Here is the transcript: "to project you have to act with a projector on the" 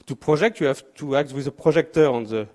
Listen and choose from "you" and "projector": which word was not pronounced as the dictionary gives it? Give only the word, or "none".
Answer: projector